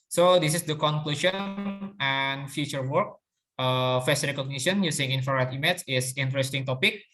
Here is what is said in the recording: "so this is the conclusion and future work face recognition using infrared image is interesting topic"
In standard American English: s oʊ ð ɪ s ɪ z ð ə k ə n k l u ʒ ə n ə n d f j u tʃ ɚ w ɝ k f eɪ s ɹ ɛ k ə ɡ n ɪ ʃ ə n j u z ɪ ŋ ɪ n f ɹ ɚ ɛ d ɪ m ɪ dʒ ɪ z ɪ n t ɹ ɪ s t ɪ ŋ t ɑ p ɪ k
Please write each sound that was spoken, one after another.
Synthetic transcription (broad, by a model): s oʊ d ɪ s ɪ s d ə k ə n k l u ʃ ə n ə n f j u tʃ ɚ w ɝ k f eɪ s ɹ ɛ k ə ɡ n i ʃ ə n j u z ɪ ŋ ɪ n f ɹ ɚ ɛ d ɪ m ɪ tʃ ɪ s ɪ n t ɹ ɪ s t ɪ ŋ t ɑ p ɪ k